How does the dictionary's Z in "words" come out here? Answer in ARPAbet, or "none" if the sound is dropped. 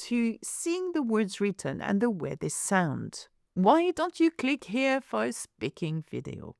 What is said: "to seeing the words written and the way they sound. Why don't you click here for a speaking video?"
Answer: Z